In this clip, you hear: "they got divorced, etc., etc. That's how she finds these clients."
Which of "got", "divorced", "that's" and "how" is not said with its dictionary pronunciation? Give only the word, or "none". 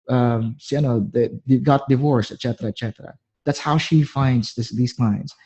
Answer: divorced